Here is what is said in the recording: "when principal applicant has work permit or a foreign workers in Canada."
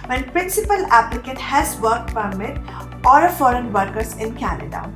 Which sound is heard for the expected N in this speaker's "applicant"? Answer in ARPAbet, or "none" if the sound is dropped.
none